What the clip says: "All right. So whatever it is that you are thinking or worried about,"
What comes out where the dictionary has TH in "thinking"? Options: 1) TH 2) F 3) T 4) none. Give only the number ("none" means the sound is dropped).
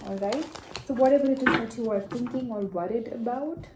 3